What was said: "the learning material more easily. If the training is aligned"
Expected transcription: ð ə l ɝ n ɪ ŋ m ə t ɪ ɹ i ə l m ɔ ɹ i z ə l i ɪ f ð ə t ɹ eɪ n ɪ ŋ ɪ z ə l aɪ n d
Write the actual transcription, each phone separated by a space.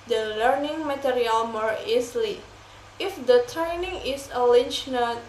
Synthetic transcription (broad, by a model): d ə l ɝ n ɪ ŋ m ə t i ɹ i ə l m ɔ ɹ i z l i ɪ f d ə t ɹ eɪ n ɪ ŋ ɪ s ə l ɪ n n